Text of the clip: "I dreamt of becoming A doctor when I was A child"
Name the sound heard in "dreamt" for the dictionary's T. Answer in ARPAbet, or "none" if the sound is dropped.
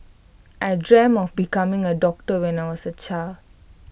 none